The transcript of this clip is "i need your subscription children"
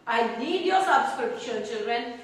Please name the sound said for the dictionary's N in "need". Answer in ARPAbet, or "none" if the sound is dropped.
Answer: L